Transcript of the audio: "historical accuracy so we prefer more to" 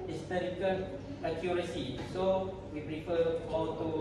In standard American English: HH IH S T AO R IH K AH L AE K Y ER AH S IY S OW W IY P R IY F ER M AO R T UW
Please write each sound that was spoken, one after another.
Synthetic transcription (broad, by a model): HH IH S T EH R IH K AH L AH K Y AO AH S IY S OW W IY R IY F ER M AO L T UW